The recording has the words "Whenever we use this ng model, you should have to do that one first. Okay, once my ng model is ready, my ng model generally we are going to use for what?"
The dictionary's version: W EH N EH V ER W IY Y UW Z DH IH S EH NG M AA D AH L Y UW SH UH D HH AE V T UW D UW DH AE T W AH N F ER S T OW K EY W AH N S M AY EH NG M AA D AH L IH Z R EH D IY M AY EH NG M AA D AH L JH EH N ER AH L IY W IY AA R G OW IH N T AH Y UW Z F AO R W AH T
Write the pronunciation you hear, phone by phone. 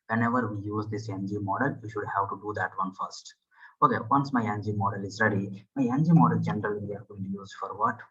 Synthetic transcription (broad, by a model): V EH N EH V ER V IY Y UW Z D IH S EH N M AA D AH L Y UW SH UH D HH AE V T UW D UW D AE T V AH N F ER S T OW K EY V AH N S M AY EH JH M AA D AH L IH Z R EH D IY M AY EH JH M AA D AH L JH EH N ER AH L IY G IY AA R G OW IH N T Y UW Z F AO R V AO T